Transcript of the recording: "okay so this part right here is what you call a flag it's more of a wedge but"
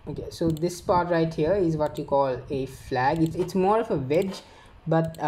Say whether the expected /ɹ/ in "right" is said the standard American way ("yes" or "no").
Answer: yes